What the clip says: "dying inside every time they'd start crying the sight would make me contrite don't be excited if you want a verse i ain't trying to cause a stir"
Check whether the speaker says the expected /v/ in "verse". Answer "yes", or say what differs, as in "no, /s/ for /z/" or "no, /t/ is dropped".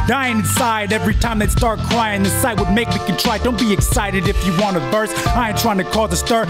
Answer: no, /b/ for /v/